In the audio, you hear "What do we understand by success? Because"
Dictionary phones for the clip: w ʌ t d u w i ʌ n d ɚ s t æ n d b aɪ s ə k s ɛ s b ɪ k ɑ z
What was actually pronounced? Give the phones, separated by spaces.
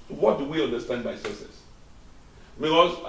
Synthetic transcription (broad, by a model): w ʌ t d u w i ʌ n d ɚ s t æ n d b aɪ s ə s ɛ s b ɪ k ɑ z